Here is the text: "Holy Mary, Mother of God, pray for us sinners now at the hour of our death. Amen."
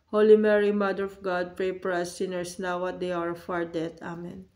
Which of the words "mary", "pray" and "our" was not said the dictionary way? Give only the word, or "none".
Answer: none